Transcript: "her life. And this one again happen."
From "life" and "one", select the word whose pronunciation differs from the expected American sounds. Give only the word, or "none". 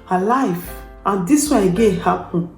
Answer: one